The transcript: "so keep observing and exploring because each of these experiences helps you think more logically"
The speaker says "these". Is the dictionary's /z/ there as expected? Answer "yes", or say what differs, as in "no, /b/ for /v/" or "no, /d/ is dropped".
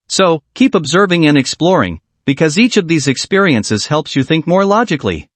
yes